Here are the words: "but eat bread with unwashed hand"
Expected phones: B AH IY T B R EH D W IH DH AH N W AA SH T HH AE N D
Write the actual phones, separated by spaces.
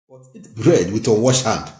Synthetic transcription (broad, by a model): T B R EH D W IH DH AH W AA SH HH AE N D